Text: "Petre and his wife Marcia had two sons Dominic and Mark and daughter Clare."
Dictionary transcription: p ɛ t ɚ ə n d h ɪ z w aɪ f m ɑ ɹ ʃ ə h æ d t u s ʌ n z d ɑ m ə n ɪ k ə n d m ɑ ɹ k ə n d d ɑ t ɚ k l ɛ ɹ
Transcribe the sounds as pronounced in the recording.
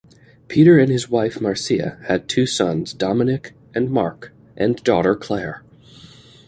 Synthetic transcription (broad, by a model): p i t ɚ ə n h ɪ z w aɪ f m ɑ ɹ s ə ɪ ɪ d t u s ʌ n z d ɑ m ə n ɪ k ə n m ɑ ɹ k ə n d d ɑ t ɚ k l ɛ ɹ